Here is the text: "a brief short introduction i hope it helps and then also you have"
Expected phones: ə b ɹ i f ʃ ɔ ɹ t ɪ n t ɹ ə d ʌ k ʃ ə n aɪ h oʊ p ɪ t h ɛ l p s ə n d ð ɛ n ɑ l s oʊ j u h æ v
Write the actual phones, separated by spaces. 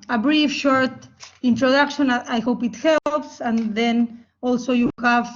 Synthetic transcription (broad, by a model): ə b ɹ i f ʃ ɔ ɹ t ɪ n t ɹ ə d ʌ k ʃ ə n aɪ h oʊ p ɪ t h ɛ l p s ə n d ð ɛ n ɑ l s oʊ j u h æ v